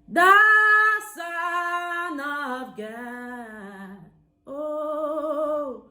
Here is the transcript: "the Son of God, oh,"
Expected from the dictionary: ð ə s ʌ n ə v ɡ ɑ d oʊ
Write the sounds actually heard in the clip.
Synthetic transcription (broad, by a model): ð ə s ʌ n ə v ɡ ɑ oʊ